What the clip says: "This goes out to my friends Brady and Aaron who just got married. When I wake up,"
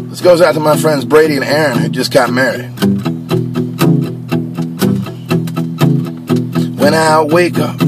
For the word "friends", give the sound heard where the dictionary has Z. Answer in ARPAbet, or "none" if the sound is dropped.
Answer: Z